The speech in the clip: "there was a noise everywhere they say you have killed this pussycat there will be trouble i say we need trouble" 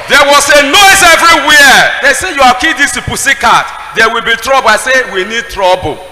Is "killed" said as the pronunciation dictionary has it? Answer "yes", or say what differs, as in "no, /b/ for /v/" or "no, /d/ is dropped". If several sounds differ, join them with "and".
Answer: no, /l/ is dropped